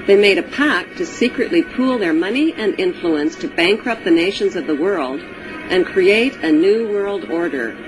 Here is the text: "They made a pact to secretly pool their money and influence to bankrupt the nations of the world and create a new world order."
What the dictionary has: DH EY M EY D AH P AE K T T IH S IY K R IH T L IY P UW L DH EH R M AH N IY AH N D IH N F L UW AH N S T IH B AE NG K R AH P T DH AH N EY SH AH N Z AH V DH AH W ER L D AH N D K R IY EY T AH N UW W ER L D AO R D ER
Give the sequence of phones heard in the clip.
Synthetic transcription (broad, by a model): DH EY M EY D AH P AE K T T IH S IY K R IH T L IY P UW L DH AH R M AH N IY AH N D IH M F L UW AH N S T IH B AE NG K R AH P DH AH N EY SH AH N Z AH V DH AH W ER L D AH N K R IY EY T AH N UW W ER L D AO R D ER